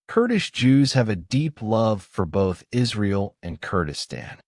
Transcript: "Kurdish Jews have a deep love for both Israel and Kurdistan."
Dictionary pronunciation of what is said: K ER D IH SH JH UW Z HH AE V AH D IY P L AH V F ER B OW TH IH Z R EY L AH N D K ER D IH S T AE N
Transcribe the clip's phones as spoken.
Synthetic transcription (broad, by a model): K ER D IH SH JH UW Z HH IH V AH D IY P L AH V F ER B OW TH IH Z R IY L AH N K ER D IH S T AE N